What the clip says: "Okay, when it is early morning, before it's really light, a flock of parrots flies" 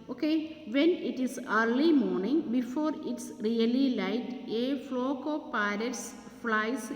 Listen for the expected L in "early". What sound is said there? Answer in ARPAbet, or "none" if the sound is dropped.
L